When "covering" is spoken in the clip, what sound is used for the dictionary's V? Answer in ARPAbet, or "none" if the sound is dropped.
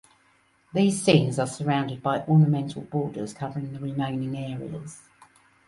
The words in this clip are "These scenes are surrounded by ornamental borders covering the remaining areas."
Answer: V